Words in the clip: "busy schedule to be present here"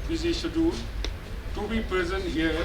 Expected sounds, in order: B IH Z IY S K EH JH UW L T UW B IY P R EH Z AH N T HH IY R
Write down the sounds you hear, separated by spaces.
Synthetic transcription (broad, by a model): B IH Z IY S AH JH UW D T UW B IY P R EH Z AH N T HH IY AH